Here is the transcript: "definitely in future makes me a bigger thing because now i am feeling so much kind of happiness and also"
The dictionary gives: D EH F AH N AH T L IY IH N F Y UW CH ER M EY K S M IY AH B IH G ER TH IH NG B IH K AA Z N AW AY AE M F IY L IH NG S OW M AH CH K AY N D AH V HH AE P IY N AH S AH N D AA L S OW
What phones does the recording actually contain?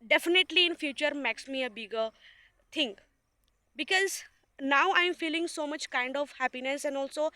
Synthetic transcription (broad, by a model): D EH F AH N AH T L IY IH N F Y UW CH ER M EY K S M IY AH B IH G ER T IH NG B IH K AA Z N AW AY M F IY L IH NG S OW M AH CH K AY N D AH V HH AE P IY N AH S AH N D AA L S OW